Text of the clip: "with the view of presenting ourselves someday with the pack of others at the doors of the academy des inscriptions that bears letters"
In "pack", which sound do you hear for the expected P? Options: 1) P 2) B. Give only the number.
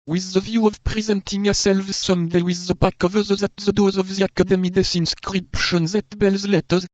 2